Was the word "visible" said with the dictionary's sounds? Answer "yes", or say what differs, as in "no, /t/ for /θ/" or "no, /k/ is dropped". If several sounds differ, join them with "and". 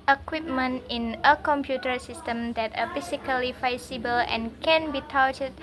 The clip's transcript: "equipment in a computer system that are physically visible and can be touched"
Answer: no, /f/ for /v/